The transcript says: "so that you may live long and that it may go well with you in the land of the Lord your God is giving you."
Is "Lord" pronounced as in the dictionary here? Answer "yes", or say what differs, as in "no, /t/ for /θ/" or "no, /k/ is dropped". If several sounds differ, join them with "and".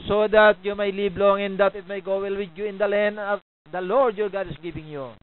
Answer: yes